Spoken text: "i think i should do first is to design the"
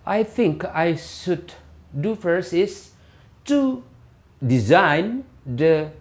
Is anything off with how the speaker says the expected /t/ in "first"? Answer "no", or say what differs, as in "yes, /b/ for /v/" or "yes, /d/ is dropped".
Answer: yes, /t/ is dropped